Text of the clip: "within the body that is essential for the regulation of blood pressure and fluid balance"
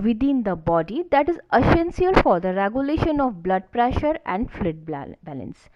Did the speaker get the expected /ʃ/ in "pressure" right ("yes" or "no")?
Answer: yes